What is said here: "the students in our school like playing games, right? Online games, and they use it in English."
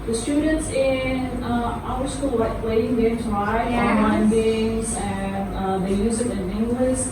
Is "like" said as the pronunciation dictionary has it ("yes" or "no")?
no